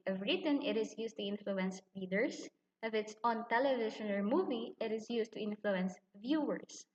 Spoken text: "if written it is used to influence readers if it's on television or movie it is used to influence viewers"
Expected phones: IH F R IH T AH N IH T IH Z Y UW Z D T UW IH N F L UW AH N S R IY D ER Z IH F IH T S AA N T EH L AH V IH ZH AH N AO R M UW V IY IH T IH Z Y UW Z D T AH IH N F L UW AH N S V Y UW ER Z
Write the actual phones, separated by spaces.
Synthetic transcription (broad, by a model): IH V R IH T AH N IH T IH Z Y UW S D T UW IH N F L UW AH N S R IY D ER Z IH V IH T S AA N T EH L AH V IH SH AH N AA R M UW V IY IH T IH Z Y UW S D T AH IH N F L UW AH N S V Y UW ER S